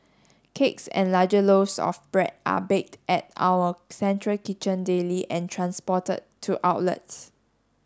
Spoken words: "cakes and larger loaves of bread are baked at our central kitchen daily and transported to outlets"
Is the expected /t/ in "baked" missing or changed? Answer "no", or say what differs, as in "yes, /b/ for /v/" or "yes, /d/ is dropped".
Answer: no